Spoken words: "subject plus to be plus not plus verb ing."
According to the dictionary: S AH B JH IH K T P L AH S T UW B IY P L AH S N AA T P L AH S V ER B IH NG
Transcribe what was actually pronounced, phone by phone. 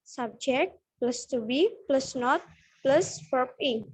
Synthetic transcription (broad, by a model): S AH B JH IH K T P L AH S T UW B IY P L AH S N AA T P L AH S P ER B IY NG